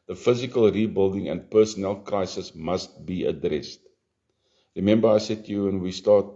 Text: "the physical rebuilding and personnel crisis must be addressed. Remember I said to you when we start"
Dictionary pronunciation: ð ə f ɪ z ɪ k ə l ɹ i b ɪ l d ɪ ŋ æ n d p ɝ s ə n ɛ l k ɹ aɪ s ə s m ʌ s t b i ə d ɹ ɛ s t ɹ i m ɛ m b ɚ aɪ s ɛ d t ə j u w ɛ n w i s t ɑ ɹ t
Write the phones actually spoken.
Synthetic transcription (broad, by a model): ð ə f ɪ z ɪ k ə l ɹ i b ɪ l d ɪ ŋ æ n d p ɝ s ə n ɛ l k ɹ aɪ s ə s m ʌ s t b i ə d ɹ ɛ s t ɹ i m ɛ m b ɚ aɪ s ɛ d t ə j u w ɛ n w i s t ɑ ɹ t